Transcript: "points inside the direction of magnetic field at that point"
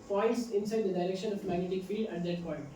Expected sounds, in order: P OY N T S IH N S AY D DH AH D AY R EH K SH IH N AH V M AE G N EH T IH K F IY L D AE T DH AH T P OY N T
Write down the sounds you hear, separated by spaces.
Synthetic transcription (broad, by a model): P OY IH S IH N S AY D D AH D AY R EH K SH IH N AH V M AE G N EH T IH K F IY L D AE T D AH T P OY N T